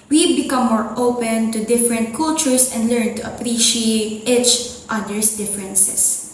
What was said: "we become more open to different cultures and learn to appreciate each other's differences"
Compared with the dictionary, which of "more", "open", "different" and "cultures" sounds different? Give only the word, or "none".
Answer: cultures